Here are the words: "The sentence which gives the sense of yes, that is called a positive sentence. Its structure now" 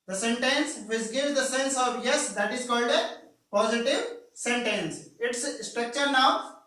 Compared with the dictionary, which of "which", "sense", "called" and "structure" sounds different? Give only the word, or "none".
which